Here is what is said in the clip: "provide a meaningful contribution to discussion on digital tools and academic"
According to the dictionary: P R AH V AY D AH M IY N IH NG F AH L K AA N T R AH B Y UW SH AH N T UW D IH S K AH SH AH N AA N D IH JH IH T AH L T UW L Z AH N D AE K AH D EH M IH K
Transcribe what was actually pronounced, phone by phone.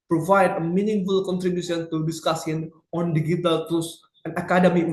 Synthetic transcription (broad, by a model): P R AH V AY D AH M IY N IH NG F AH L K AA N T R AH B Y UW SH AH N T UW D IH S K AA S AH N AA N D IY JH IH T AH L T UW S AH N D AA K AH D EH M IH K